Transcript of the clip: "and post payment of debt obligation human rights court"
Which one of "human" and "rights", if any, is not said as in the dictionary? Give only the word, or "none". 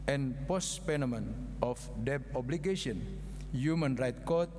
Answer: rights